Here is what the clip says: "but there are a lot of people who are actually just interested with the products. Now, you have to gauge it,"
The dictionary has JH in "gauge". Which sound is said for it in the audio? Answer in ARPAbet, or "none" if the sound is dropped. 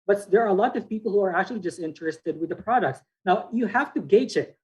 CH